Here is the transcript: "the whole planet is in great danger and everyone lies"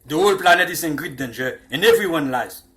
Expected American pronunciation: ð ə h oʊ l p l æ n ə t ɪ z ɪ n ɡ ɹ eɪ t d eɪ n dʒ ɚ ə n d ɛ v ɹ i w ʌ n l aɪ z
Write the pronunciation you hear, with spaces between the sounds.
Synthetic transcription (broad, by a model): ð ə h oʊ l p l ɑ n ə t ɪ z ɪ n ɡ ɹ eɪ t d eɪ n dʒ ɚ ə n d ɛ v ɹ i w ʌ n l aɪ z